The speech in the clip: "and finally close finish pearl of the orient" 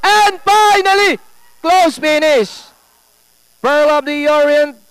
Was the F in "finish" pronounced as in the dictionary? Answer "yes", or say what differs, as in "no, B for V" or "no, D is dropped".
no, P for F